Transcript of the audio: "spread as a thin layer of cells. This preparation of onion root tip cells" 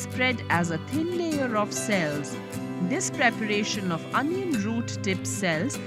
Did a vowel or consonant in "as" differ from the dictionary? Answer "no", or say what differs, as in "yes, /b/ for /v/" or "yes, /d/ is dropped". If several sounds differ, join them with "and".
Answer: no